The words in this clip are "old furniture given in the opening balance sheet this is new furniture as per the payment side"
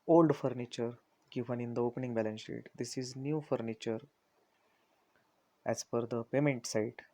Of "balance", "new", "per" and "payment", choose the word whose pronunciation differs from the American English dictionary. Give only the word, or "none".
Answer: per